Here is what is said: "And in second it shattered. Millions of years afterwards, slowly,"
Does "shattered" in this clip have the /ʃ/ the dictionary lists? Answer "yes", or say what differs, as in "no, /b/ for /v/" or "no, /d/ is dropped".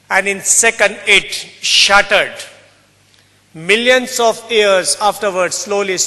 yes